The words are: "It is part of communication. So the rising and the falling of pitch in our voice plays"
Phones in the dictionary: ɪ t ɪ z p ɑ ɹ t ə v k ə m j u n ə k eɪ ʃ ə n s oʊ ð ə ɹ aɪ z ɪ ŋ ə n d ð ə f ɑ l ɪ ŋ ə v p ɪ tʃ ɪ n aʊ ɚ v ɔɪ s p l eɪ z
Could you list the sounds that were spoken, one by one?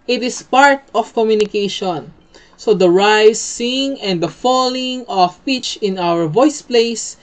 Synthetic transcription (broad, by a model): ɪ t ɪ s p ɑ ɹ t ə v k ə m j u n ə k eɪ ʃ ə n s oʊ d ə ɹ aɪ s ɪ ŋ ə n d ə f ɑ l ɪ ŋ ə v p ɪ tʃ ɪ n aʊ ɚ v ɔɪ s p l eɪ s